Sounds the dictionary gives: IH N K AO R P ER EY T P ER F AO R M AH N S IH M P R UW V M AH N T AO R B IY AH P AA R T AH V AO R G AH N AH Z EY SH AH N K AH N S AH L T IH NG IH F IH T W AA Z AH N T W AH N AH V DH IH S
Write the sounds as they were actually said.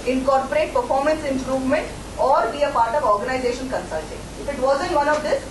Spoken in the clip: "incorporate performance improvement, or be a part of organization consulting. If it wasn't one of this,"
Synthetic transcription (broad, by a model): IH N K AO R P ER EY T P ER F AO R M AH N S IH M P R UW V M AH N T AO R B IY AH P AA R T AH V AO R G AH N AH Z EY SH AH N K AH N S AH L T IH NG IH F IH T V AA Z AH N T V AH N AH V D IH S